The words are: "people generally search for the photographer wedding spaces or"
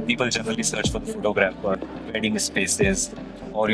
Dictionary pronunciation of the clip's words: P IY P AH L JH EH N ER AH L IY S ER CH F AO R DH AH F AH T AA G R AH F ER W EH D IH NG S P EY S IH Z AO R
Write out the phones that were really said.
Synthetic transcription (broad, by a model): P IY P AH L JH EH N ER AH L IY S ER CH F AO R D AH F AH T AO G R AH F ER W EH D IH NG S P EY S IH Z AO R